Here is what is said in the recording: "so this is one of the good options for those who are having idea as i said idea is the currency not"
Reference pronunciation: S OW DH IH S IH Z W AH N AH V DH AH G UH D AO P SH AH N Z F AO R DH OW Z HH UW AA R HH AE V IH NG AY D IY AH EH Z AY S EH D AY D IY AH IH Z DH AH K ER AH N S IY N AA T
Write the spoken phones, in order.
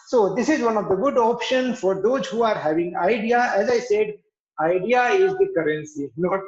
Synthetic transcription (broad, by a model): S OW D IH S IH Z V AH N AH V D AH G UH D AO P SH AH N F AO R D OW Z HH UW AA R HH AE V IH NG AY D IY AH EH Z AY S EH D AY D IY AH IH Z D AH K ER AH N S IY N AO